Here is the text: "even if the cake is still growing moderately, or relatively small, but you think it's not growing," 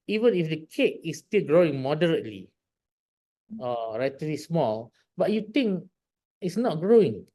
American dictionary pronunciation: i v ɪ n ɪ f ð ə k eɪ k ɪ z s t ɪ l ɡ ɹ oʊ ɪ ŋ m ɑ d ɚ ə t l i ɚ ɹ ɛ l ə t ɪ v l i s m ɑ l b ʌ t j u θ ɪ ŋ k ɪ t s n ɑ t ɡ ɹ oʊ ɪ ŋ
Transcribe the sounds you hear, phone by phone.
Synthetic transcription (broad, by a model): i v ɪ n ɪ f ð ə k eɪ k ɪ s t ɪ l ɡ ɹ oʊ ɪ ŋ m ɑ d ɚ ə t l i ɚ ɹ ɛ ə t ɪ l i s m ɑ l b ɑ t j u t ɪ ŋ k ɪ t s n ɑ t ɡ ɹ oʊ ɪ ŋ